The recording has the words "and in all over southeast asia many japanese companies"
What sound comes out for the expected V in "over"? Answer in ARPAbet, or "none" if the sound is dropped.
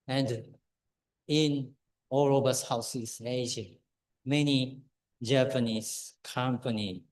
B